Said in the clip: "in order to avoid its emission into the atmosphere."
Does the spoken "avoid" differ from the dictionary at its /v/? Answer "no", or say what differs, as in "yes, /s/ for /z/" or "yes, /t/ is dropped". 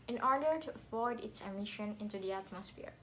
yes, /f/ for /v/